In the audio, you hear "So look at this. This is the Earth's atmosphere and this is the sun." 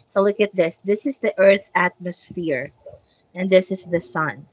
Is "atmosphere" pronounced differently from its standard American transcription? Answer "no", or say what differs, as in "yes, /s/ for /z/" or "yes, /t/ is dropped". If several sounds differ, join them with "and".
no